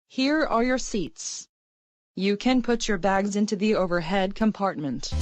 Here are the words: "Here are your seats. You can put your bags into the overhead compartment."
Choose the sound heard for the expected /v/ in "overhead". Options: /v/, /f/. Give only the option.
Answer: /v/